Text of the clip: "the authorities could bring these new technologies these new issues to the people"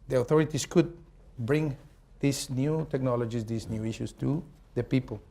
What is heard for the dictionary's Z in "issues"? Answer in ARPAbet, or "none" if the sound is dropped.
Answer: S